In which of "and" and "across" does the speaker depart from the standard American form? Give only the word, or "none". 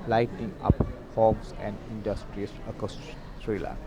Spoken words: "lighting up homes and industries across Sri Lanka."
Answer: across